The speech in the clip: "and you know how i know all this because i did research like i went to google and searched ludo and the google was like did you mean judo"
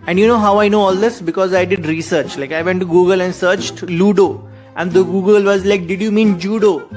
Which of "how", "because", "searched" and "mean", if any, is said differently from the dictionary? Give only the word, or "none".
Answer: none